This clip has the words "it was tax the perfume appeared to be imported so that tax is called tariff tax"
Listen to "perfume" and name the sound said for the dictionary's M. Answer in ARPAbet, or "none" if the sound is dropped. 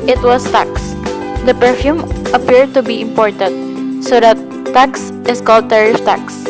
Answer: M